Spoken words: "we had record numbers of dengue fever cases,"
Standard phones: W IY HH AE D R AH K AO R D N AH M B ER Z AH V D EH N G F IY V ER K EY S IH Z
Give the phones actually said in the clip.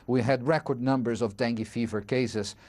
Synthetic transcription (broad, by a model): W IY HH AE D R AH K AO R D N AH M B ER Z AH V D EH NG G F IY V ER K EY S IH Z